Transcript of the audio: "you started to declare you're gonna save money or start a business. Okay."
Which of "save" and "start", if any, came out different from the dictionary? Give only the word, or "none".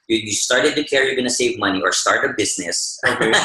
none